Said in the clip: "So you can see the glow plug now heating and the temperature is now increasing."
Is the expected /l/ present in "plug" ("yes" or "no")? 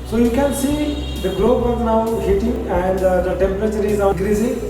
no